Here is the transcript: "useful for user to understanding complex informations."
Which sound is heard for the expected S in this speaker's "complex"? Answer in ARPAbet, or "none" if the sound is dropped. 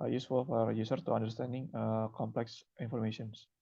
S